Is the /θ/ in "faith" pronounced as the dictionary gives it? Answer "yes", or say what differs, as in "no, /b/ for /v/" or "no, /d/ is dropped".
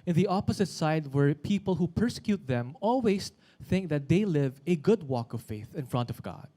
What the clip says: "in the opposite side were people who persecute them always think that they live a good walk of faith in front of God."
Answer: yes